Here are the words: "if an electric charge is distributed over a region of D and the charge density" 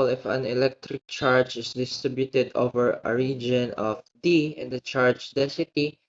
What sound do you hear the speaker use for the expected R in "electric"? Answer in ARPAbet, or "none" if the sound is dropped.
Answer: R